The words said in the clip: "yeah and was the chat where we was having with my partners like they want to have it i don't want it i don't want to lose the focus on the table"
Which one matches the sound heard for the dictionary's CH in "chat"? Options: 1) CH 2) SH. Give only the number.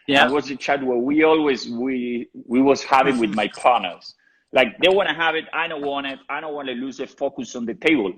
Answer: 1